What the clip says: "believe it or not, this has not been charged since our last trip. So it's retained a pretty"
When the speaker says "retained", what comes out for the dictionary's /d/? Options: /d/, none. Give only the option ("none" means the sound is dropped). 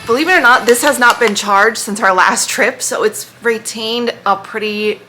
/d/